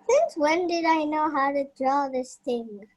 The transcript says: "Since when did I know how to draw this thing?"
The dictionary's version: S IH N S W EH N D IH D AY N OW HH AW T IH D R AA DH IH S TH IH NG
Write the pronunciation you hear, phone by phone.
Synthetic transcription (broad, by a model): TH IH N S W EH N D IH D AY N OW HH AW T IH D R AA DH IH S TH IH NG